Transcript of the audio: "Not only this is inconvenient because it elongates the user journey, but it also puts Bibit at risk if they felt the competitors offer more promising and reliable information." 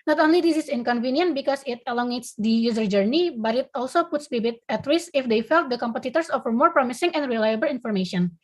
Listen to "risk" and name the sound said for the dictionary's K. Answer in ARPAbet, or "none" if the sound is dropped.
none